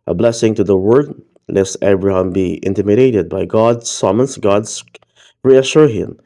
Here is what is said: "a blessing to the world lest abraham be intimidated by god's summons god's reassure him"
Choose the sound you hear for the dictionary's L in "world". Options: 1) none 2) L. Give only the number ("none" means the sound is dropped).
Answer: 1